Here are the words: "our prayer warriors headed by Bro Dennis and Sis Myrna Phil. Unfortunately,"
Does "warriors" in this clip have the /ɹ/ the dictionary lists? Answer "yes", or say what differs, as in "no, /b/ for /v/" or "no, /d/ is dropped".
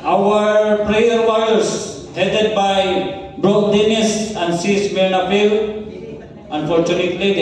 no, /ɹ/ is dropped